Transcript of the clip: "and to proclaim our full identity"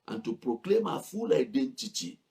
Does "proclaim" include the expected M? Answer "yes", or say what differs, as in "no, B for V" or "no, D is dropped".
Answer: yes